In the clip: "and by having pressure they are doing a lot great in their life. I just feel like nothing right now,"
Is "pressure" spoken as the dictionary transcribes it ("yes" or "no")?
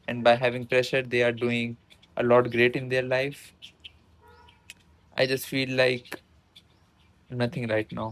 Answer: yes